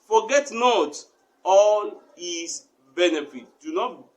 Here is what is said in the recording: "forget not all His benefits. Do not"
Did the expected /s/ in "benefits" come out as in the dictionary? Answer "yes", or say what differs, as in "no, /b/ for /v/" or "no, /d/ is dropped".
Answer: no, /s/ is dropped